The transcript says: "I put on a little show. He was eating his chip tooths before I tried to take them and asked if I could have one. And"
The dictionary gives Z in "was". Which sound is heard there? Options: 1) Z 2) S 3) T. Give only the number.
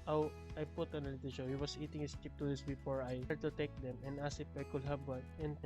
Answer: 2